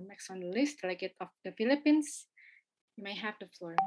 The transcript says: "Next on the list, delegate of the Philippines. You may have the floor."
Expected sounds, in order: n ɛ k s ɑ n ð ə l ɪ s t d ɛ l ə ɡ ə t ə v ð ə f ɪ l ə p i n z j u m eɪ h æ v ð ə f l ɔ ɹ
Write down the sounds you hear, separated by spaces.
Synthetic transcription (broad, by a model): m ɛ k s ɑ n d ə l ɪ s t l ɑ ə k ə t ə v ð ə f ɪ l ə p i n s j u m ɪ h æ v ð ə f l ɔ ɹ